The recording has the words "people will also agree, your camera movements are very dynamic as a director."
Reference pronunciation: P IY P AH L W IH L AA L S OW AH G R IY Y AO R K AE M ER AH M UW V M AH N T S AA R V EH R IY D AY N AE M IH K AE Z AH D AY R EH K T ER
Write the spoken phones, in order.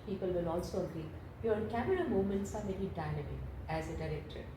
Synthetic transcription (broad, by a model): P IY P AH L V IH L AA L S OW AH G R IY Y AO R K AE M ER AH M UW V M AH N T S AA R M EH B IY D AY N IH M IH AE Z AH D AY R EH K T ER